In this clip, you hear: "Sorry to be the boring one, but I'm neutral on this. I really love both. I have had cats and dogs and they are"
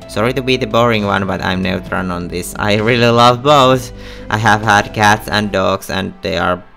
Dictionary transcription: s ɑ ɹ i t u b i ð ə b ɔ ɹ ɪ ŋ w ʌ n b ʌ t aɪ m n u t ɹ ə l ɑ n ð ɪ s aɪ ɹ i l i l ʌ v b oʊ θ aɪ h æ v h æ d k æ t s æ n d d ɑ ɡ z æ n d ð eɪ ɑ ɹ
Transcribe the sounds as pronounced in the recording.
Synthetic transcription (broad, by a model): s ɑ ɹ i t u b i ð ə b ɔ ɹ ɪ ŋ w ʌ n b ʌ t aɪ m n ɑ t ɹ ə n ɑ n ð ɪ s aɪ ɹ i l i l ʌ v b oʊ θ aɪ h æ v h æ d k æ t s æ n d d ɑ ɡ s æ n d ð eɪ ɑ ɹ